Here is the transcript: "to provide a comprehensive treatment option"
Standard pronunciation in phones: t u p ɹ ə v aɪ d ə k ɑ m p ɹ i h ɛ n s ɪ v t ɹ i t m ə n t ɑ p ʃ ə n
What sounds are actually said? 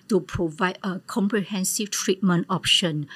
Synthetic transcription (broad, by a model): t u p ɹ ə v aɪ d ə k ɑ m p ɹ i h ɛ n s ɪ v t ɹ i t m ə n t ɑ p ʃ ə n